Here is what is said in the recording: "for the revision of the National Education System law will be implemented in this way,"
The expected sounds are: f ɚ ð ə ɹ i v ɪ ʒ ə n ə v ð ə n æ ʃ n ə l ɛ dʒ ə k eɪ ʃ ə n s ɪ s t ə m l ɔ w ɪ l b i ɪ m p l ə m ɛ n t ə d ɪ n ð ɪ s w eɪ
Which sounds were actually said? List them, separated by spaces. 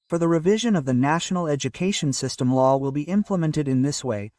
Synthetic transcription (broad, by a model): f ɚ ð ə ɹ i v ɪ ʒ ə n ə v ð ə n æ ʃ n l ɛ dʒ ə k eɪ ʃ ə n s ɪ s t ə m l ɔ w ɪ l b i ɪ m p l ə m ɛ n t ə d ɪ n ð ɪ s w eɪ